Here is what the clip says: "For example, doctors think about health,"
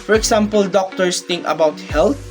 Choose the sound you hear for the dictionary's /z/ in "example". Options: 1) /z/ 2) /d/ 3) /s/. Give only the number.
3